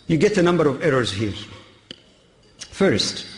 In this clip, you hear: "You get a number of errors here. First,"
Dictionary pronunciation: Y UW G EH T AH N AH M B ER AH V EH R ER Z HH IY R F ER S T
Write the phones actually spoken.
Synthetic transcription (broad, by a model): Y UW G EH T AH N AH M B ER AH V EH R ER Z HH IY R F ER S T